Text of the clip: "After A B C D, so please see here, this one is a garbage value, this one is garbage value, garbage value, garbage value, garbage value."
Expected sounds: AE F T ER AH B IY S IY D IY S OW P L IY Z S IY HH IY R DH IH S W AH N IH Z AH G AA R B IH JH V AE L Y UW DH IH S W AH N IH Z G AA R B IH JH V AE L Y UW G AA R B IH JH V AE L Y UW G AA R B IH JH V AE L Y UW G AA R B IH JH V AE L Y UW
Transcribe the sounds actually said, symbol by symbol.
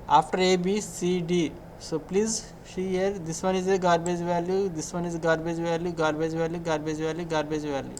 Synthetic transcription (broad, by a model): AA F T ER AH B IY S IY D IY S OW P L IY Z SH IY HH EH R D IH S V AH N IH Z AH G AA R B IH JH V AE L Y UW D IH S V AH N IH Z G AA R B IH JH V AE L Y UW G AA R B IH JH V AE L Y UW G AA R B IH JH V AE L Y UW G AA R B IH JH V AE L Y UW